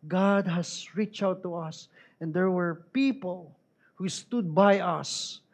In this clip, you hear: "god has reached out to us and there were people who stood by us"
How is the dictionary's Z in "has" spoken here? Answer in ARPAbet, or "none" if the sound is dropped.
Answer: S